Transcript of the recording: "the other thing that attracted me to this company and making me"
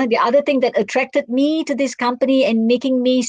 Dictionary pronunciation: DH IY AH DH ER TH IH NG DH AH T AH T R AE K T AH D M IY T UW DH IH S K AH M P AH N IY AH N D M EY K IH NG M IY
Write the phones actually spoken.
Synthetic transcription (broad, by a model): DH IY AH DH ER T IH NG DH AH T AH T R AE K T AH D M IY T UW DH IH S K AH M P AH N IY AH N M EY K IH NG M IY